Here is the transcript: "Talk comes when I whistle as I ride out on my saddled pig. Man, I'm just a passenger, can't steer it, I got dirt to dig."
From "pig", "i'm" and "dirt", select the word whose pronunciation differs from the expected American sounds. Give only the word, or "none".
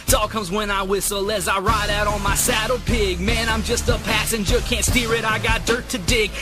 none